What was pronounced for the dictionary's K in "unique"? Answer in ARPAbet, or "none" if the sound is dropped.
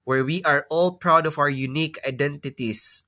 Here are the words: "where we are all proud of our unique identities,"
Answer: K